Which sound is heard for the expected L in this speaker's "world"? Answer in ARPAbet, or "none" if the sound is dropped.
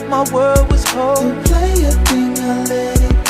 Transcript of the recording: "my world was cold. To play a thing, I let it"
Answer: none